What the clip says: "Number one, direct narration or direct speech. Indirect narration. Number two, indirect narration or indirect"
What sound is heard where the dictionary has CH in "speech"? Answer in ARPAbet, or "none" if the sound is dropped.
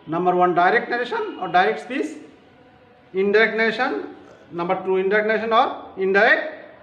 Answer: S